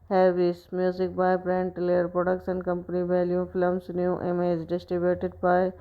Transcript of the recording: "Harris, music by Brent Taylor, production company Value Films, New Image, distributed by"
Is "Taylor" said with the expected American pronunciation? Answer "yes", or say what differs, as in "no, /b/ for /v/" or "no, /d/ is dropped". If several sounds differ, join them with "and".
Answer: no, /l/ is dropped